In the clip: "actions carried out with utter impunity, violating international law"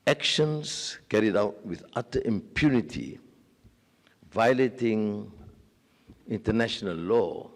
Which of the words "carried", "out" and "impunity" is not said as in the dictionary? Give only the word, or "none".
none